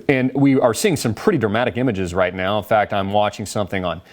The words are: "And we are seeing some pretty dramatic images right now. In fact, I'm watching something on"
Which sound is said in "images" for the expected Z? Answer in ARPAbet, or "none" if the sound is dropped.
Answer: Z